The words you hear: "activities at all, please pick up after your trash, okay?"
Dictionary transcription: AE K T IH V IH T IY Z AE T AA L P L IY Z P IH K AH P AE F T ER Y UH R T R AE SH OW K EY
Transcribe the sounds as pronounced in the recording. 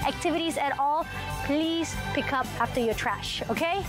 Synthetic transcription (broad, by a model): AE K T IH V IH T IY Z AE T AA L P L IY Z P IH K AH P AE F T ER Y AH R T R AE SH OW K EY